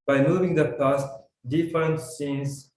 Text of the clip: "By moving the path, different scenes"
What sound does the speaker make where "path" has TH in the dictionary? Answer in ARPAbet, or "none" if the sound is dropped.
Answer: T